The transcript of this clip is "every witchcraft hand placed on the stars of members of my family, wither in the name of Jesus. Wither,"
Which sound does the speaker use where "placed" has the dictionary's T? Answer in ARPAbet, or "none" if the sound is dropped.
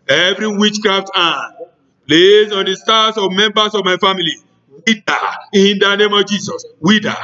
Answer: none